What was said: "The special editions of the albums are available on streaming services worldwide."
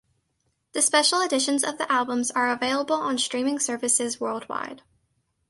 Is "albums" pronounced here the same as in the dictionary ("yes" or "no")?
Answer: yes